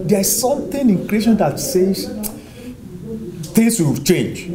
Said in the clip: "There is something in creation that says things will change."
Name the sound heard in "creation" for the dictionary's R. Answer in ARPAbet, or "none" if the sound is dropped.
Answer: R